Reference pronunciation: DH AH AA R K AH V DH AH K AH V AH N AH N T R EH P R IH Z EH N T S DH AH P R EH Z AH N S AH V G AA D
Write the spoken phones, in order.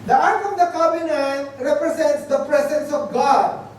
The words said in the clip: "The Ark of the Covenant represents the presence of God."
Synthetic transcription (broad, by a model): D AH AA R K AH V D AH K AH B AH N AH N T R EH P R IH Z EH N T S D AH P R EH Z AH N S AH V G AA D